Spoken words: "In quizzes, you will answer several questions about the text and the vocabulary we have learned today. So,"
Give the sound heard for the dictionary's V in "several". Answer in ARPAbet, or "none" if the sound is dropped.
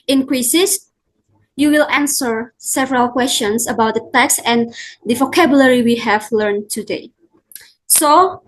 V